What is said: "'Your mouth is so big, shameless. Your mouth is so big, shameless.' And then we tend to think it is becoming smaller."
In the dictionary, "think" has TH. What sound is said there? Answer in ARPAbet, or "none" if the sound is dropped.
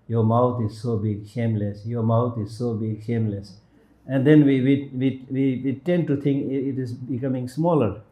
T